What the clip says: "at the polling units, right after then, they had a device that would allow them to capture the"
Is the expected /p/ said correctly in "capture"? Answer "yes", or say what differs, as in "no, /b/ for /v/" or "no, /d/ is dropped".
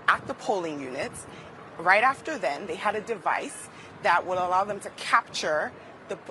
yes